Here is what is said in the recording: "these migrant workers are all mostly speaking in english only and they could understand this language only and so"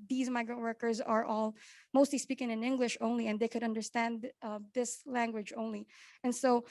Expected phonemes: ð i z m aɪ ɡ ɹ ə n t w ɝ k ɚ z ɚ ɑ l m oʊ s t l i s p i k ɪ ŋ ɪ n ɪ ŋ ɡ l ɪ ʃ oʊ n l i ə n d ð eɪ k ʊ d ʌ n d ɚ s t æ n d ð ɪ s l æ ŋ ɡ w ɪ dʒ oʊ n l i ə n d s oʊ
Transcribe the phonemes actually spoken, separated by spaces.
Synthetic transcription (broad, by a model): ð i z m aɪ ɡ ɹ ə n t w ɝ k ɚ z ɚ ɑ l m oʊ s t l i s p i k ɪ ŋ ɪ n ɪ ŋ ɡ l ɪ ʃ oʊ n l i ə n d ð eɪ k ʊ d ʌ n d ɚ s t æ n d ð ɪ s l æ ŋ ɡ w ɪ dʒ oʊ n l i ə n s oʊ